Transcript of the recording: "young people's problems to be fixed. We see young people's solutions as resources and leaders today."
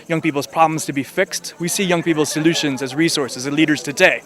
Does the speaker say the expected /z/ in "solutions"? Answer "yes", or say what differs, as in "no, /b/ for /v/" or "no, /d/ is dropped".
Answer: yes